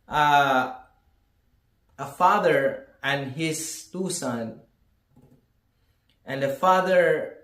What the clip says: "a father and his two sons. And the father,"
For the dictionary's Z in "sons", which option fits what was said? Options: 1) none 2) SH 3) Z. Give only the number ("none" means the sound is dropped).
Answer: 1